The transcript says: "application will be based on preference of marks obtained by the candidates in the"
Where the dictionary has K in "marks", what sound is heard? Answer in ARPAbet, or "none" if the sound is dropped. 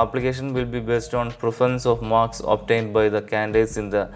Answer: K